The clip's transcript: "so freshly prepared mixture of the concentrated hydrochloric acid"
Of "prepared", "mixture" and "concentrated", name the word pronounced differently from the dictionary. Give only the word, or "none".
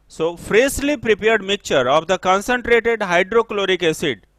mixture